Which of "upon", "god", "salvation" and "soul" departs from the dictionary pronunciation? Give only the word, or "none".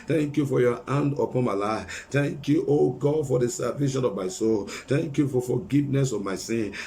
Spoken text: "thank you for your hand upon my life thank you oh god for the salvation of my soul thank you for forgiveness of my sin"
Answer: salvation